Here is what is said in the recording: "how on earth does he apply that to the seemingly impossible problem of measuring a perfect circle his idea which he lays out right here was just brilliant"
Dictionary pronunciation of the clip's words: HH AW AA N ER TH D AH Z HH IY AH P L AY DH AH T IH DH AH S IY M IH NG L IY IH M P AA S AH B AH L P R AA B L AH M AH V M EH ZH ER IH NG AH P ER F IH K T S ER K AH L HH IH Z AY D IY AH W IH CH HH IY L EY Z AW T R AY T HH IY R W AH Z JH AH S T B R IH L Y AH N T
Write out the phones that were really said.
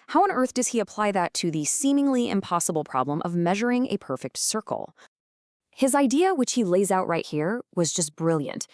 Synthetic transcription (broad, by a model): HH AW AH N ER TH D AH Z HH IY AH P L AY DH AH T IH DH AH S IY M IH NG L IY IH M P AA S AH B L P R AA B L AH M AH V M EH ZH ER IH NG AH P ER F IH K T S ER K L HH IH Z AY D IY AH W IH CH HH IY L EY Z AW T R AY T HH IY R W AH Z JH AH S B R IH L Y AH N T